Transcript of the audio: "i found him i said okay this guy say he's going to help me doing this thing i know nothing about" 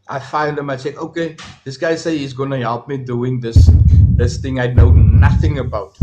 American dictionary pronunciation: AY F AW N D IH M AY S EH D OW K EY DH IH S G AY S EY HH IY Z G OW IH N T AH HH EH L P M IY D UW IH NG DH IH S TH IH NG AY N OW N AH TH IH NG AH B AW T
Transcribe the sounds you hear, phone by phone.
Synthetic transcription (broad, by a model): AY F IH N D IH M AY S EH OW K EY DH IH S G AY S EY HH IY Z G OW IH N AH HH EH L P M IY D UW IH NG DH IH S TH IH NG AY N OW N AH TH IH NG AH B AW T